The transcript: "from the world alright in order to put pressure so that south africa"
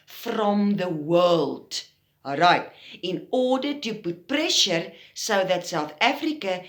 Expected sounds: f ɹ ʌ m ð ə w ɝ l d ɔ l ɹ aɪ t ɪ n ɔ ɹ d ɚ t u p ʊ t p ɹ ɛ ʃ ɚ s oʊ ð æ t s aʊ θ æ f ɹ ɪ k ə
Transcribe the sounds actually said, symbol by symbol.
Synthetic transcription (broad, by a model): f ɹ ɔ m ð ə w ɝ l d ɹ aɪ t ɪ n ɔ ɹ d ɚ t u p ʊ t p ɹ ɛ ʃ ɚ s oʊ ð æ t s aʊ θ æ f ɹ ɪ k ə